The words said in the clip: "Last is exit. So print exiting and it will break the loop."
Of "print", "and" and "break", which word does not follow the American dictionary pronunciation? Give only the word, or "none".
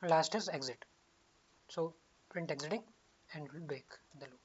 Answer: break